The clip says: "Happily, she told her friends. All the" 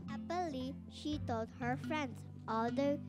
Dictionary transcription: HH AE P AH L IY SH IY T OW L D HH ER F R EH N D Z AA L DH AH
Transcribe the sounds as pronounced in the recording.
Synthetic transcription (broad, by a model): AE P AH L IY SH IY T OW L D HH ER F R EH N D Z AA L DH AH